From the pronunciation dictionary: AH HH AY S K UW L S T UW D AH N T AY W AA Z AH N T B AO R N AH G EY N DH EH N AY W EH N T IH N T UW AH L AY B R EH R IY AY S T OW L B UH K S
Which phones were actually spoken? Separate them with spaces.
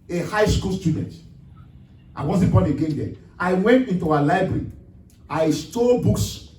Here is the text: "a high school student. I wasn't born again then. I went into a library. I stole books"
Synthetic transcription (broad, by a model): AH HH AY S K UW L S T UW D AH N T AY W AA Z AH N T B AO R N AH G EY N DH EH AY W EH N T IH N T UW AH L AY B R EH R IY AY S T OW B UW K S